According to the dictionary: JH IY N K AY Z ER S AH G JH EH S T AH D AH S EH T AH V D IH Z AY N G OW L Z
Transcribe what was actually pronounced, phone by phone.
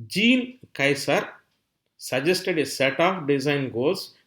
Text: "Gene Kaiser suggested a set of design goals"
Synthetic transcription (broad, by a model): JH IY N K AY S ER S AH JH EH S T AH D AH S EH T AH P D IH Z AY N G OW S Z